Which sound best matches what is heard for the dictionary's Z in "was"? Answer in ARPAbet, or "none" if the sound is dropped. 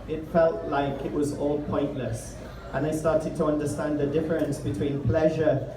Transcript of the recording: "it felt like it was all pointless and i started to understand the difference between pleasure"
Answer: Z